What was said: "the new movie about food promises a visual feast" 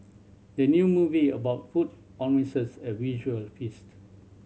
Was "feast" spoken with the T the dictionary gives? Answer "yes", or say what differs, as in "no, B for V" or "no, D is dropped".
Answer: yes